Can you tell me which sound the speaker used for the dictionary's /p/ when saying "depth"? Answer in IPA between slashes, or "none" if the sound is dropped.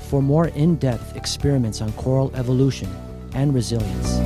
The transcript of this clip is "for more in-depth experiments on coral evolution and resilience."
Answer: /p/